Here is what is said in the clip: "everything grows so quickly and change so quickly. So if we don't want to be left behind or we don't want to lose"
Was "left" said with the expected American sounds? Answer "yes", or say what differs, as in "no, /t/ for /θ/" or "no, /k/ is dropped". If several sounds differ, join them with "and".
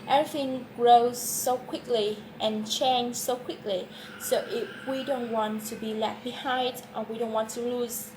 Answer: no, /f/ is dropped